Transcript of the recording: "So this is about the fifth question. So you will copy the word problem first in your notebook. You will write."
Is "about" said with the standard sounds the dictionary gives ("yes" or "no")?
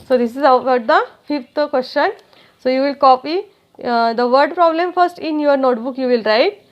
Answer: no